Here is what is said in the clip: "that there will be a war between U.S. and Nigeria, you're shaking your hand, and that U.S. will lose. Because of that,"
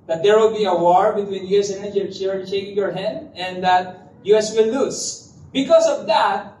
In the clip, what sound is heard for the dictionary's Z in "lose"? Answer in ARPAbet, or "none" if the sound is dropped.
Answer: S